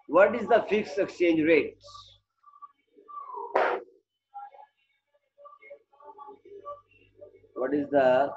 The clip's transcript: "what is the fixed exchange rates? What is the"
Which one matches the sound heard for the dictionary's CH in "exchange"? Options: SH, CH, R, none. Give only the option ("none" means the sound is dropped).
CH